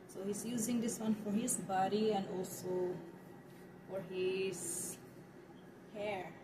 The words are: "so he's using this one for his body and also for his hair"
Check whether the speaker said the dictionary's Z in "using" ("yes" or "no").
yes